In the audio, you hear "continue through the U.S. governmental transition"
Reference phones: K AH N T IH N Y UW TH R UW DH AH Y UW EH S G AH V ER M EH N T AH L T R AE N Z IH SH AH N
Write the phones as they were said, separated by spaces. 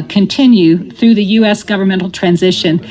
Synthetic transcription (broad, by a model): K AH N T IH N Y UW TH R UW DH AH Y UW EH S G AH V ER M EH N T L T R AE N Z IH SH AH N